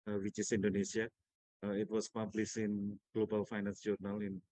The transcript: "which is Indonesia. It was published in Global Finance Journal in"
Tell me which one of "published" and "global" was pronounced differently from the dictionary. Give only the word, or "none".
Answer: published